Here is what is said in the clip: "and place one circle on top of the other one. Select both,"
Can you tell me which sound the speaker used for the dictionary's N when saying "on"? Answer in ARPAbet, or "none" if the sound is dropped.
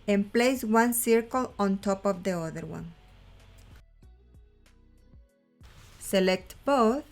N